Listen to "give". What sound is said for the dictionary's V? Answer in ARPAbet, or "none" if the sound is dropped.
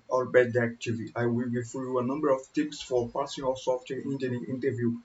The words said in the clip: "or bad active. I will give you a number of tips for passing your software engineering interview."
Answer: F